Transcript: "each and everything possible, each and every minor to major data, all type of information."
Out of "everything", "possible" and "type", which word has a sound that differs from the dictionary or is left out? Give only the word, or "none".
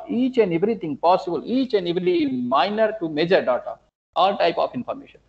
everything